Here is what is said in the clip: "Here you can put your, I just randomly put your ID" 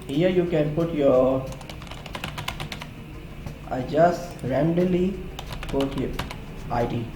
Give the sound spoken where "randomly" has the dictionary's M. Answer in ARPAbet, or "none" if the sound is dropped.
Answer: none